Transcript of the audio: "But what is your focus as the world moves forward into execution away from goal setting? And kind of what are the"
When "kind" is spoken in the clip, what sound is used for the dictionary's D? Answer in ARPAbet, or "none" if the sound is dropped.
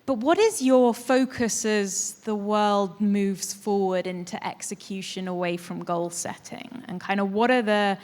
D